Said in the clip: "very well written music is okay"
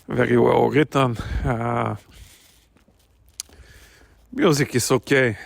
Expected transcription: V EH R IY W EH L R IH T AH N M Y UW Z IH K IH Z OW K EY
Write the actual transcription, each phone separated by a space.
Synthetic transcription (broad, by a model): V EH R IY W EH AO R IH T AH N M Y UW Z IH K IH S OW K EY